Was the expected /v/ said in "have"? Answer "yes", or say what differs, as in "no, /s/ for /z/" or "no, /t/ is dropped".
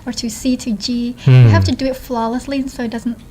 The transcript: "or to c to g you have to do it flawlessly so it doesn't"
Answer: no, /f/ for /v/